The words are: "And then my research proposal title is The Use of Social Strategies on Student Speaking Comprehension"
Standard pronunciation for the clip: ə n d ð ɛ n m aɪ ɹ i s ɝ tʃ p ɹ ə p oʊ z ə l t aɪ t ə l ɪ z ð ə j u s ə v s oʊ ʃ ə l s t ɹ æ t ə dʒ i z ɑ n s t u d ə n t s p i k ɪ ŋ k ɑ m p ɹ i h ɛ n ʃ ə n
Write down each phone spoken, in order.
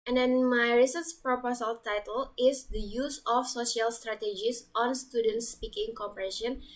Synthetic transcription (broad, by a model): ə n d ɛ n m aɪ ɹ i s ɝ s p ɹ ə p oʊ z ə l t aɪ t ə l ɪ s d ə j u s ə f s oʊ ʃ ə l s t ɹ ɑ t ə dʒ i s ɑ n s t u d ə n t s p i k ɪ ŋ k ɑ m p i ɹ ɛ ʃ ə n